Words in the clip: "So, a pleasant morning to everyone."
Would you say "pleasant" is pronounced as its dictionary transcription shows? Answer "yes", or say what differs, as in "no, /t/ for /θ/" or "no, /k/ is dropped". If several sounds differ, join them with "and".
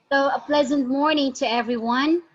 yes